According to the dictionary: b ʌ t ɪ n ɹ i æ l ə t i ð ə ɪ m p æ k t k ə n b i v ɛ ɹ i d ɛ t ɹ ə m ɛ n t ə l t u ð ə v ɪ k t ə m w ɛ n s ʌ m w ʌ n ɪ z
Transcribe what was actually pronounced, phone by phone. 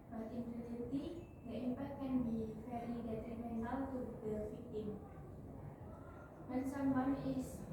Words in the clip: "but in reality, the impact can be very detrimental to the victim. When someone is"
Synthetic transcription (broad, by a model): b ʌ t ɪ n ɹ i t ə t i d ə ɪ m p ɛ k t k ə n b i f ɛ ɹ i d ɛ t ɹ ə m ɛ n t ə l t u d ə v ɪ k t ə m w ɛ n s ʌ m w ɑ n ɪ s